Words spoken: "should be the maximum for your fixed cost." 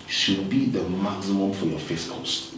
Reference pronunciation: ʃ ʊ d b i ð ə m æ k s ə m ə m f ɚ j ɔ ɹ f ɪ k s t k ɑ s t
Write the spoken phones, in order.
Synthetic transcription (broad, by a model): ʃ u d b i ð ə m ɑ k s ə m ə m f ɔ j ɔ f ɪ s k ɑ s